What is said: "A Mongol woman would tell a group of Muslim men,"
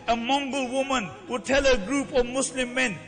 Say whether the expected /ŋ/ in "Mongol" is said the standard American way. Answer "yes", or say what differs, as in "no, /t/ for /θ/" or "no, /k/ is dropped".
yes